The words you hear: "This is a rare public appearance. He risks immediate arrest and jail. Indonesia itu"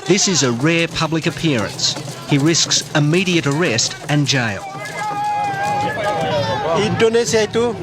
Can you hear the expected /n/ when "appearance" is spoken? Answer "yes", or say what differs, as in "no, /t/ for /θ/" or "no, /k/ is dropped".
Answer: yes